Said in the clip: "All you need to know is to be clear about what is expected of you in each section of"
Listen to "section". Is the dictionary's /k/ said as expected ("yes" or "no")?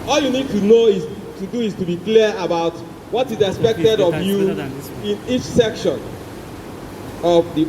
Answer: yes